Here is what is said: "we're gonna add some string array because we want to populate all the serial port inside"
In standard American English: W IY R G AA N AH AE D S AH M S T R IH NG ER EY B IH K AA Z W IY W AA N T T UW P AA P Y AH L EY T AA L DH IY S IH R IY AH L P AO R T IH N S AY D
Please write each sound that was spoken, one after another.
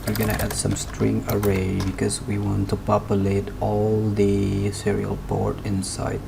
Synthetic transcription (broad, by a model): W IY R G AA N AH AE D S AH M S T R IH NG ER EY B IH K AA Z W IY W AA N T T UW P AA P Y AH L EY T AA L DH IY S IH R IY AH L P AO R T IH N S AY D